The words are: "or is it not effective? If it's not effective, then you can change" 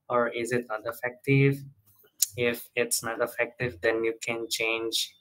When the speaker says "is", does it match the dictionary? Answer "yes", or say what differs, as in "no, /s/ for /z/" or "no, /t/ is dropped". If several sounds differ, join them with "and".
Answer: yes